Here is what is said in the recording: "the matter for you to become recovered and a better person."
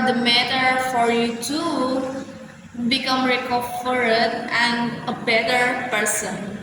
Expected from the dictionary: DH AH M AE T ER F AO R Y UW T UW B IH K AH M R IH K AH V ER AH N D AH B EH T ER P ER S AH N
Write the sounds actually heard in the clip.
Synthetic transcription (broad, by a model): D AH M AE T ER F AO R Y UW T UW B IH K AH M R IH K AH F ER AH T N AH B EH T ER P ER S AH N